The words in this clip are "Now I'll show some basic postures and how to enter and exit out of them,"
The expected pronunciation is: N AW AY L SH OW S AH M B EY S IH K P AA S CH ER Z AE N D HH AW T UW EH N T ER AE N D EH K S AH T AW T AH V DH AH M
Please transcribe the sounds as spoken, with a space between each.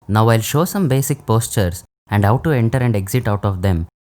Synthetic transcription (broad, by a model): N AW AY L SH OW S AH M B EY S IH K P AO S CH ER S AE N D HH AW T UW EH N T ER AE N D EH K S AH T AW T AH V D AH M